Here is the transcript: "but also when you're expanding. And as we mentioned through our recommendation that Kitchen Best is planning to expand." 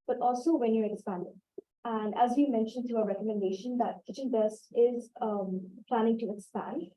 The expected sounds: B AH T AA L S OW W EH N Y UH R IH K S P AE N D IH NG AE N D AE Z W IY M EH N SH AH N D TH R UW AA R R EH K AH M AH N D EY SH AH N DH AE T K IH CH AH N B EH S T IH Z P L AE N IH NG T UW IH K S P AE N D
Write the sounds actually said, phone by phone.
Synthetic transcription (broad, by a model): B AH T AA L S OW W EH N Y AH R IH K S P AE N D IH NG AE N D AE Z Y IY M EH N SH AH N D T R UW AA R R EH K AH M AH N D EY SH AH N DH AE T K IH CH AH N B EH S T IH Z P L AE N IH NG T UW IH K S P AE N D